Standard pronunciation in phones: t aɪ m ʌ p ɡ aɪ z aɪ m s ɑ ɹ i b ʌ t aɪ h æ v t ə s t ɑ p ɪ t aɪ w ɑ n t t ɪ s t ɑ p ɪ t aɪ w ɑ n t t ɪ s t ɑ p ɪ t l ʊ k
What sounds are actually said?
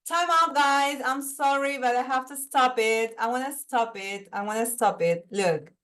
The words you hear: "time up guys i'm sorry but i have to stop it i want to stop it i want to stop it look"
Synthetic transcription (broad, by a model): t aɪ m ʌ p ɡ aɪ z aɪ m s ɑ ɹ i b ʌ t aɪ h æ f t ə s t ɑ p ɪ t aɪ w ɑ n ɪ s t ɑ p ɪ t aɪ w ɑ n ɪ s t ɑ p ɪ t l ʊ k